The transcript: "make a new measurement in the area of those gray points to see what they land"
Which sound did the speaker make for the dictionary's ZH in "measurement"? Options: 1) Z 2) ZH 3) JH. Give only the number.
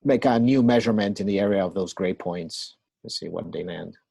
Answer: 2